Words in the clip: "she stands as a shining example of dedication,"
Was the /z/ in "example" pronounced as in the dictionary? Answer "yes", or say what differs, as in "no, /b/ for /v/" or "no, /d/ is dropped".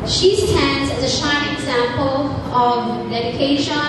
yes